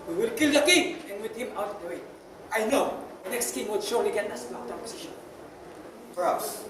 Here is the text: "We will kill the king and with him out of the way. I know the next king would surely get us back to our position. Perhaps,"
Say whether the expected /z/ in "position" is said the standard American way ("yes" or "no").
no